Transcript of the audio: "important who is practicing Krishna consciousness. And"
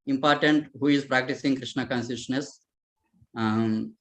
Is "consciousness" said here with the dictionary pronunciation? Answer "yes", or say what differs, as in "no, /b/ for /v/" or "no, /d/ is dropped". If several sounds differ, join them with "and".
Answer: no, /s/ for /ʃ/ and /ʃ/ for /s/